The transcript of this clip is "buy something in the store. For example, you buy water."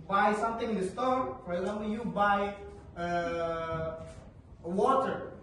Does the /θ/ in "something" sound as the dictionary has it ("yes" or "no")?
no